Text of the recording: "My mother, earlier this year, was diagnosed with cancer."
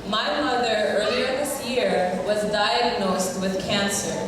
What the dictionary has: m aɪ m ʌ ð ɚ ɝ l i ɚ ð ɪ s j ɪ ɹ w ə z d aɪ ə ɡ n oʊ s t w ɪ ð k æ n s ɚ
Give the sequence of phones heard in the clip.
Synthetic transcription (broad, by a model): m aɪ m ʌ ð ɚ ɝ l i ɚ ð ɪ s j ɪ ɹ w ə z d aɪ ə ɡ n oʊ s t w ɪ ð k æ n s ɚ